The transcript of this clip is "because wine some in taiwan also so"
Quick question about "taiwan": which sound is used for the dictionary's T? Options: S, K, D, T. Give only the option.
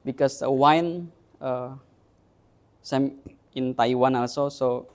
T